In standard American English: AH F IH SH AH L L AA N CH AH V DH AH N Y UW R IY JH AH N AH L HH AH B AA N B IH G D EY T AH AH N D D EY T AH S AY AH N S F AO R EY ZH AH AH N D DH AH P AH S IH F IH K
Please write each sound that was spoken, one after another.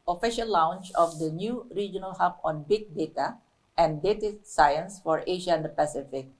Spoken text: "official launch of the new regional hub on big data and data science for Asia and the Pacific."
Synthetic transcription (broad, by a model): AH F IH SH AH L W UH N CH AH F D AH N Y UW R IY JH AH N AH L HH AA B AA N B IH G D EY T AH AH N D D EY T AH S AY AH N S F AO R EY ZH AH AH N D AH P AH S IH F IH K